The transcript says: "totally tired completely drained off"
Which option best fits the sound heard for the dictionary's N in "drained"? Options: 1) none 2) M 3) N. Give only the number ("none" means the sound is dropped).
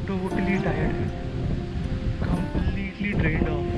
1